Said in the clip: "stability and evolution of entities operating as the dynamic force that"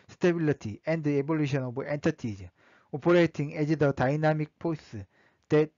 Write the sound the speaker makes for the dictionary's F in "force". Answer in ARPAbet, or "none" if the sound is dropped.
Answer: P